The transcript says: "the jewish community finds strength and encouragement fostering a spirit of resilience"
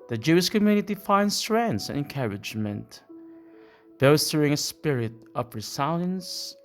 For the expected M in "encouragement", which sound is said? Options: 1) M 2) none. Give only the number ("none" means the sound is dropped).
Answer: 1